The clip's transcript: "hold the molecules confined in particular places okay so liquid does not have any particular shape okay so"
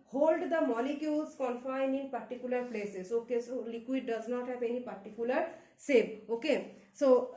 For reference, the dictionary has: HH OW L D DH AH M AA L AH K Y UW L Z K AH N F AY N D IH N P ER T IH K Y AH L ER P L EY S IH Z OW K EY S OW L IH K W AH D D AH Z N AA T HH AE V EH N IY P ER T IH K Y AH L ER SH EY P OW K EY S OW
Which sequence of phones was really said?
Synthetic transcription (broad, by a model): HH OW L D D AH M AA L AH K Y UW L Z K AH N F AY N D IH N P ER T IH K Y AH L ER P L EY S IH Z OW K EY S OW L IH K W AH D D AH Z N AA T HH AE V EH N IY P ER T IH K Y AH L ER S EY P OW K EY S OW